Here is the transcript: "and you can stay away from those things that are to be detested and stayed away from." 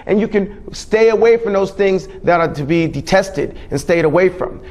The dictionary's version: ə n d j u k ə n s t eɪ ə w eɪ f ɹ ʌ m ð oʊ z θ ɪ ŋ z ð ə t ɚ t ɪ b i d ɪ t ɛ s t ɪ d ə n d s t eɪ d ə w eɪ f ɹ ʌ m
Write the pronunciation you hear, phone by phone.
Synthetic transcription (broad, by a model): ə n j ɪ k ə n s t eɪ ə w eɪ f ɹ ʌ m ð oʊ z θ ɪ ŋ z ð ə t ɚ t ɪ b i d ɪ t ɛ s t ɪ d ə n s t eɪ d ə w eɪ f ɹ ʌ m